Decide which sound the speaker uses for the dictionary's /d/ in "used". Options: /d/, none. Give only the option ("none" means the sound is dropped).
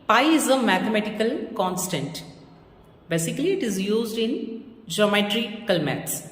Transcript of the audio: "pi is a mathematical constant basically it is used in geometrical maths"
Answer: /d/